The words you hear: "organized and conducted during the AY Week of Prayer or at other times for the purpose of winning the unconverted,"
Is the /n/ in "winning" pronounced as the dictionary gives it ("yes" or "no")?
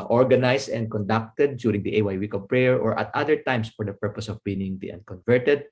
no